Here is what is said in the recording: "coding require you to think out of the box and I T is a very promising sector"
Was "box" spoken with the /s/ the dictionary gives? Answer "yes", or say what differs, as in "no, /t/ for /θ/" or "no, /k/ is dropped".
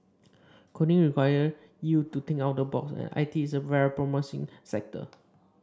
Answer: yes